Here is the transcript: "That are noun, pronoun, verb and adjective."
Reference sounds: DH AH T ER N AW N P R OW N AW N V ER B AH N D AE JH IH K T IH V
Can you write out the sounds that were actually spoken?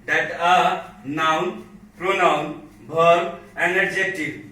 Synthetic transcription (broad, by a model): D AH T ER N AW N P R OW N AW N B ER AH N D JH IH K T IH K